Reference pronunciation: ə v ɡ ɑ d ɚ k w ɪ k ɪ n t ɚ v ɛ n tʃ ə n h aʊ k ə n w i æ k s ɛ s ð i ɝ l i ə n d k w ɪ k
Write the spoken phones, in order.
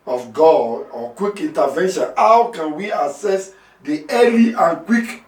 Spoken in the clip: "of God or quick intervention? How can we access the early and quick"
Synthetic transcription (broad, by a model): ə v ɡ ɑ d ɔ k w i k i n t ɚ v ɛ n ʃ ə n h aʊ k ə n w i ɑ s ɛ s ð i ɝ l i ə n k w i k